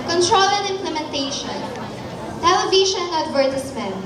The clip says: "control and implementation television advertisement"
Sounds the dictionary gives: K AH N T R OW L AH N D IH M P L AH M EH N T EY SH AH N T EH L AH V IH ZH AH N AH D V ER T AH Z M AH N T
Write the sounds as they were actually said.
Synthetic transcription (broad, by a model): K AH N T R OW L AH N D IH M P L AH M EH N T EY SH AH N T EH L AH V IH SH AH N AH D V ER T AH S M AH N